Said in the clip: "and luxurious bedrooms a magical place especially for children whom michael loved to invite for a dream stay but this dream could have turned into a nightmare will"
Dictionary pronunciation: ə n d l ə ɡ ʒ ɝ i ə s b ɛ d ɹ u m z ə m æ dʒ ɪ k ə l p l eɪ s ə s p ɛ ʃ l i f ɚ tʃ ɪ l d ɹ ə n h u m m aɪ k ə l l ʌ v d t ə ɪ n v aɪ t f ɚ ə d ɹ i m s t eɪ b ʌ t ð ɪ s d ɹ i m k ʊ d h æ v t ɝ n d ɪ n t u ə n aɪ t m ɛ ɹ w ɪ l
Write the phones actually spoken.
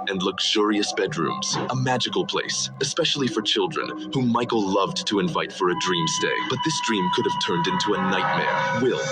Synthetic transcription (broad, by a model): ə n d l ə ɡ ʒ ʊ i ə s b ɛ d ɹ u m z ə m æ dʒ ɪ k l p l eɪ s ə s p ɛ ʃ l i f ɚ tʃ ɪ l d ɹ ə n h u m m aɪ k l l ʌ v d t ə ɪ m v aɪ t f ɚ ə d ɹ i m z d eɪ b ʌ t ð ɪ s d ɹ i m k ʊ d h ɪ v t ɝ n d ɪ n t u ə n aɪ t m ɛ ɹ w ɪ l